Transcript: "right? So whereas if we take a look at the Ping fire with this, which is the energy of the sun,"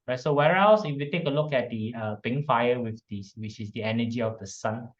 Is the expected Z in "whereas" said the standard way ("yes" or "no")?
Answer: no